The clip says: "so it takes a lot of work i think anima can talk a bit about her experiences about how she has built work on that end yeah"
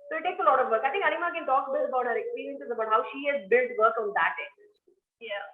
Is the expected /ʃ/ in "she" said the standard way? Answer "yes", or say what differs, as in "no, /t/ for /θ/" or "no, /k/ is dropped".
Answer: yes